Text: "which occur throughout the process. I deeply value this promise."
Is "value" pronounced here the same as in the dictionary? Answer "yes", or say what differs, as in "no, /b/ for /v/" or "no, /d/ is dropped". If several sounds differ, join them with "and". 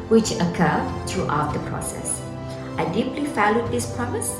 no, /f/ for /v/